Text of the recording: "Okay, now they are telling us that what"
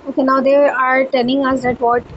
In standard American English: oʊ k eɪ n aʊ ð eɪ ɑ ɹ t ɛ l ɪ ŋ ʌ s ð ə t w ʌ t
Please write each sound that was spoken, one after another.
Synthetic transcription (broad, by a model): oʊ k eɪ n aʊ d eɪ ɑ ɹ t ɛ n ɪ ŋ ʌ s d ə t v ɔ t